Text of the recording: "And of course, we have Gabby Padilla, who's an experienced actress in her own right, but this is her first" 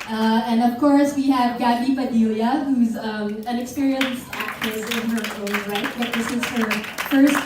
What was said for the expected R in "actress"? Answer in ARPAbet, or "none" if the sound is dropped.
none